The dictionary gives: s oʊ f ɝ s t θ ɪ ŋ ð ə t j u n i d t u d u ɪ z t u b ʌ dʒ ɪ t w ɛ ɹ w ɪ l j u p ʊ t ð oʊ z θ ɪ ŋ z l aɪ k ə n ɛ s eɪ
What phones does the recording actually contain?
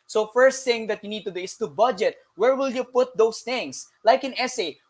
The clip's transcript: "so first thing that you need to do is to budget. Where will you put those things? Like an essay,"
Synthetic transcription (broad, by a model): s oʊ f ɝ s t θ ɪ ŋ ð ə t j u n i d t u d u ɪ s t u b ʌ dʒ ɪ t w ɛ ɹ w ɪ l j u p ʊ t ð oʊ s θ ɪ ŋ s l aɪ k ə n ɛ s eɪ